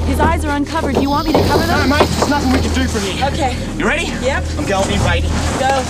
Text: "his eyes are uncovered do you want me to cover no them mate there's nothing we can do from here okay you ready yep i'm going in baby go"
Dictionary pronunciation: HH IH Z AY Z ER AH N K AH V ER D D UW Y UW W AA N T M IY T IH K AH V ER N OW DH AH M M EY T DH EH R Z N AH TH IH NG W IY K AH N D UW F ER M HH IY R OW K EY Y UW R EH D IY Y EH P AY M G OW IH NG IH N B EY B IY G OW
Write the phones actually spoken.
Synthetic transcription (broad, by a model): HH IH Z AY Z ER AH N K AH V ER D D Y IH W AA N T M IY T IH K AH V ER DH AH M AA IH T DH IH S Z N AH TH IH NG W IY K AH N D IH F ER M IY OW K EY Y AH R EH D IY Y EH P AY M G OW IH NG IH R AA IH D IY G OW